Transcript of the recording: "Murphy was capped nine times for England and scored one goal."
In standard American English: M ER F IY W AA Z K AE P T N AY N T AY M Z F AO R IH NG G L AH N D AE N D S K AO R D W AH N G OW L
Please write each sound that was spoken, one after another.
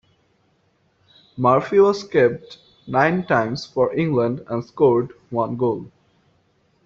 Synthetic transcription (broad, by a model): M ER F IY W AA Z K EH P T N AY N T AY M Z F AO R IH NG G L AH N D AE N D S K AO R D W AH N G OW L